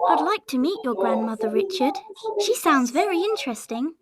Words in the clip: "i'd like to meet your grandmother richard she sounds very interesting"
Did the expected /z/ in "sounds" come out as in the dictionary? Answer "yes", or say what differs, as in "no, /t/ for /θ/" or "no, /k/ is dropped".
yes